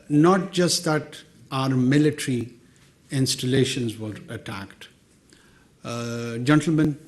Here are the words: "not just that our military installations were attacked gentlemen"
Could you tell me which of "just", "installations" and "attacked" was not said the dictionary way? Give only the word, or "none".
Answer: none